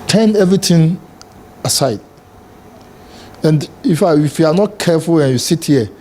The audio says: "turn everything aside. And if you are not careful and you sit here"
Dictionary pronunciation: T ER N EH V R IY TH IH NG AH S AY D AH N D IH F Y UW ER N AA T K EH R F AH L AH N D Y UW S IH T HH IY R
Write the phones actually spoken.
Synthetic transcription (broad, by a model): T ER N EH V R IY T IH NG AH S AY D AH N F IH F Y UW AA N AA T K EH F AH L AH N Y UW S IH T HH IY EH